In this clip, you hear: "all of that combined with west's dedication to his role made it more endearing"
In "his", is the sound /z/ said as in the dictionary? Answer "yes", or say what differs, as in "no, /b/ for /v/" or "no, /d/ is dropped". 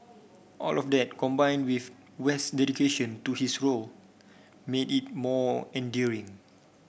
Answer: no, /s/ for /z/